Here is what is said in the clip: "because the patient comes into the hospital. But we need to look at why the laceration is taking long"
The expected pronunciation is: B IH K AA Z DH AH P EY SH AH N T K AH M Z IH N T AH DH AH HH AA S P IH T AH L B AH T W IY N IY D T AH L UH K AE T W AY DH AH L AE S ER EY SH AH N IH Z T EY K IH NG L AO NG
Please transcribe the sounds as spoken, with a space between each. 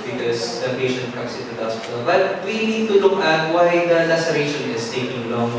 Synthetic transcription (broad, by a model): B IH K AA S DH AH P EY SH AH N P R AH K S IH T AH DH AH HH AA S P IH T AH L B AH T W IY N IY D T AH L UH K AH T W AY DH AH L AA S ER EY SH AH N IH S T EY K IH NG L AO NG